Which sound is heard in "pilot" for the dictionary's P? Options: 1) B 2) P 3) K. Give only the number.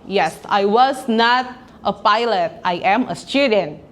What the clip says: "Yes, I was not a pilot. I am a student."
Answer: 2